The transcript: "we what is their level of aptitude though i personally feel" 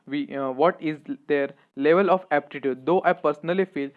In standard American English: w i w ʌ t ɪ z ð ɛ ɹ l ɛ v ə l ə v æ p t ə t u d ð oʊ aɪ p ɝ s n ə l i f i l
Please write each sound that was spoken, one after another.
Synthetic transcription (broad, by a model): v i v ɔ t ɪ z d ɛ ɹ l ɛ v ə l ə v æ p t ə t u d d oʊ aɪ p ɝ s n ə l i f i l